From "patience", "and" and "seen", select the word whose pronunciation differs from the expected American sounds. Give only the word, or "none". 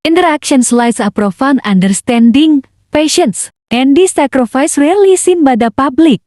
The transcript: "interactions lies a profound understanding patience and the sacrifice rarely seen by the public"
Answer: none